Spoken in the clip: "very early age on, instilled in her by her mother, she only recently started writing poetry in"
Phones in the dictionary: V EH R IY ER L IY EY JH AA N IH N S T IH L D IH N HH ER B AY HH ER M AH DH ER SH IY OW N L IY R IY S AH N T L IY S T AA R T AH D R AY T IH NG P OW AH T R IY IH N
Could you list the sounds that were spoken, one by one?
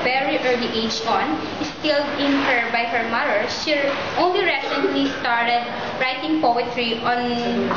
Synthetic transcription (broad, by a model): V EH R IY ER L IY EY JH AA N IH S T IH L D IH N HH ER B AY HH ER M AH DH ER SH IY OW N L IY R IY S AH N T L IY S T AA R T AH D R AY T IH NG P OW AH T R IY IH N